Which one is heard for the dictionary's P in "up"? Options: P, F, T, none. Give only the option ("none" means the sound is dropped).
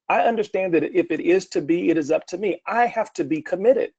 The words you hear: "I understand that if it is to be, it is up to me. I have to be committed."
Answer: P